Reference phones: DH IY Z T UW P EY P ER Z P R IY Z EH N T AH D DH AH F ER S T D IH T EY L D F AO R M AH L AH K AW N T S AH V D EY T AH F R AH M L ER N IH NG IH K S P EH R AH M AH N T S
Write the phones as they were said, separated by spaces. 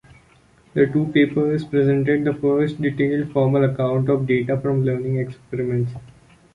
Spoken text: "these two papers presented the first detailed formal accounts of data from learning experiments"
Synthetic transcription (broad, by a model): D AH T UW P EY P ER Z P R IY Z EH N T AH D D AH F ER S T D IH T EY L D F AO R M AH L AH K AW N T AH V D EY T AH F R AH M L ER N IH NG IH K S P EH R AH M AH N T S